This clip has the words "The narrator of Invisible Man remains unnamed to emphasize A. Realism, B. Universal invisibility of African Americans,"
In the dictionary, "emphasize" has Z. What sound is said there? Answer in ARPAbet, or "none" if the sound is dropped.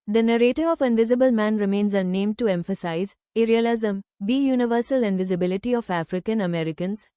Z